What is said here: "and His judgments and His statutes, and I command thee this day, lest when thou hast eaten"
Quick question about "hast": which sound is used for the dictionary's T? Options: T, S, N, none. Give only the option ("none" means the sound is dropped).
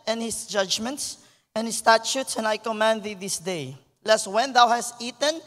T